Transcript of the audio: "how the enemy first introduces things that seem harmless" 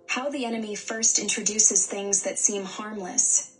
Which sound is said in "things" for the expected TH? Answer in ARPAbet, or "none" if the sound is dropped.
TH